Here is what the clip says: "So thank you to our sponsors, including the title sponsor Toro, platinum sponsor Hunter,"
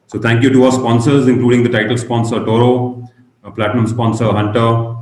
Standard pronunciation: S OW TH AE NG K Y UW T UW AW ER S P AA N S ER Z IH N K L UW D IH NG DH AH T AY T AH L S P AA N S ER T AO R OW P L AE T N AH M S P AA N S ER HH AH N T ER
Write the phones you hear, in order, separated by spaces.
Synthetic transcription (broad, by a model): S OW T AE NG K Y UW T UW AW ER S P AA N S ER Z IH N K L UW D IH NG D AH T AY T AH L S P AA N S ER T AO R OW P L AE T N AH M S P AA N S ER HH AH N T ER